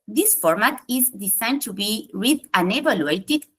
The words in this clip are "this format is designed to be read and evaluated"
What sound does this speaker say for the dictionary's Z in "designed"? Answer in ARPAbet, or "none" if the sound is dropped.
S